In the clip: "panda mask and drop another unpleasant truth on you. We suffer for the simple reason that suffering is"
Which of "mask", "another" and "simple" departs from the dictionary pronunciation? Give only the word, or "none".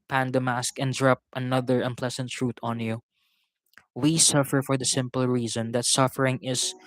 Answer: none